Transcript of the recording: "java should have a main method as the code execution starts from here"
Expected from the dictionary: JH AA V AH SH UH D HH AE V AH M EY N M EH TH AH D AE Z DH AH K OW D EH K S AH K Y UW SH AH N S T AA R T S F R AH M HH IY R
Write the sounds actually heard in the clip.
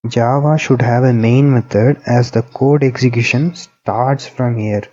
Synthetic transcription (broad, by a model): JH AA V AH SH UH D HH AE V AH M EY N M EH T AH D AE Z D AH K OW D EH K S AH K Y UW SH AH N S T AA R T S F R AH M HH IY R